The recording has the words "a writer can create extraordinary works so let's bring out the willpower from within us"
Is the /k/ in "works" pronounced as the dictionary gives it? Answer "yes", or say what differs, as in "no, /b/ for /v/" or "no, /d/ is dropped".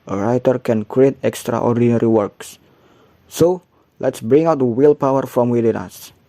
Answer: yes